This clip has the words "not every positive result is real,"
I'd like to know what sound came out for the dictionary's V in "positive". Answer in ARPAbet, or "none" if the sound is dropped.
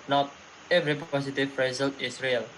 P